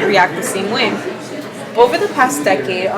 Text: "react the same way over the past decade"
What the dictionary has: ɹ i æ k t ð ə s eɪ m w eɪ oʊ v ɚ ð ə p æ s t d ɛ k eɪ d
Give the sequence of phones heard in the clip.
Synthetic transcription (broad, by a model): ɹ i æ k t ð ə s eɪ m w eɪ oʊ v ɚ ð ə p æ s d ɛ k eɪ d